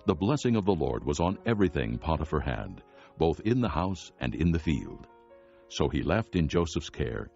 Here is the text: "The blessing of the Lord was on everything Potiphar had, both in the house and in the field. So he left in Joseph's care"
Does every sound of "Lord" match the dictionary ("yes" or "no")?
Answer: yes